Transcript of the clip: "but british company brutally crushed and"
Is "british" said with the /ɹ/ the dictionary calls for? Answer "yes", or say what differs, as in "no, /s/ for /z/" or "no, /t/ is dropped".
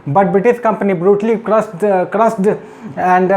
no, /ɹ/ is dropped